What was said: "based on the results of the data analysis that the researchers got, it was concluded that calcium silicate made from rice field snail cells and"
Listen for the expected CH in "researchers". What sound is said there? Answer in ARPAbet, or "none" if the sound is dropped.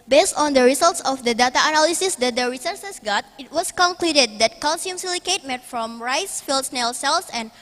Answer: S